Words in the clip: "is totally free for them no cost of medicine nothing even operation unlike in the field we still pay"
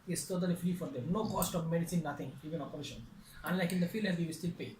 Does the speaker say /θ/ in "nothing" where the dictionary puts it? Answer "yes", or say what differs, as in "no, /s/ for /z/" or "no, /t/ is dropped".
no, /t/ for /θ/